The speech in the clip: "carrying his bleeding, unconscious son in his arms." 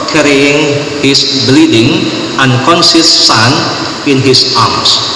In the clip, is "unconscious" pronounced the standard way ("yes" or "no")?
no